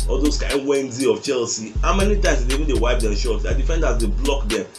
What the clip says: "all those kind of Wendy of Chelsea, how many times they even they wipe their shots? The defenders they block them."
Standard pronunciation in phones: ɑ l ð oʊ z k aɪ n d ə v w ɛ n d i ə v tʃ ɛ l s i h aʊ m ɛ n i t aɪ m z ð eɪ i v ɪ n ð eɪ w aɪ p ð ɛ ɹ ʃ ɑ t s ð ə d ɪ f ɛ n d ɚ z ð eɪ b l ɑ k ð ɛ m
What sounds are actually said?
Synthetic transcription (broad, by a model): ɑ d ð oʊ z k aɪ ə w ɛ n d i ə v tʃ ɛ l s i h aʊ m ɛ n i t aɪ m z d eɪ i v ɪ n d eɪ w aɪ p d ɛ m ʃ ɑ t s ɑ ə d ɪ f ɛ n d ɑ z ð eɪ b l ɑ k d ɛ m